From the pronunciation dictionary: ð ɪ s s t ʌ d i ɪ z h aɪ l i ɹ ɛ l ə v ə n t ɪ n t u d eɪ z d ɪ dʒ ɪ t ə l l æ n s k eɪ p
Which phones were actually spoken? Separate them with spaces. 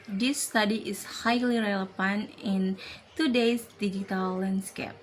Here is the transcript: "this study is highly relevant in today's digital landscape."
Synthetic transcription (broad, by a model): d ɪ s s t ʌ d i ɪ s h aɪ l i ɹ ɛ l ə f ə n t ɪ n t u d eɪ s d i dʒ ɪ t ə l l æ n s k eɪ p